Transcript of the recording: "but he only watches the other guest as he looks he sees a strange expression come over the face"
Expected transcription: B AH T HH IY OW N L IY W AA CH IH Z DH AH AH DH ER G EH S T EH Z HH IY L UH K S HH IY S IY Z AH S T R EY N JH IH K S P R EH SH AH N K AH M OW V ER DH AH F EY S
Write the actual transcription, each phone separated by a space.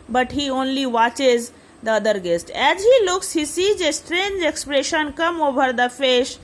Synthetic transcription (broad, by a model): B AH T HH IY OW N L IY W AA CH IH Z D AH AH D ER G EH S T EH Z HH IY L UH K S HH IY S IY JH AH S T R EY N JH IH K S P R EH SH AH N K AH M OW B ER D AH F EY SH